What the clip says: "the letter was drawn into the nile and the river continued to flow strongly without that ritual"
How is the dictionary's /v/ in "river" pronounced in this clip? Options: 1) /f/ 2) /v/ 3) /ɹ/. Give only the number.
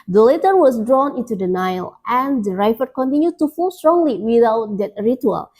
1